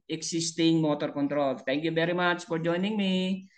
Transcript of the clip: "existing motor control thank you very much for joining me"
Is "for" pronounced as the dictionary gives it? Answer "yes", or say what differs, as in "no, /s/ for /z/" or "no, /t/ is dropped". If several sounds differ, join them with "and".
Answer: yes